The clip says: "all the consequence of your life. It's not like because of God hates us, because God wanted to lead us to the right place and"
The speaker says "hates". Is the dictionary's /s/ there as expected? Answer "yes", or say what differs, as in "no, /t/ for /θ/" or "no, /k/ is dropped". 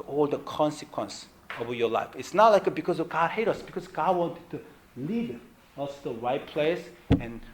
no, /s/ is dropped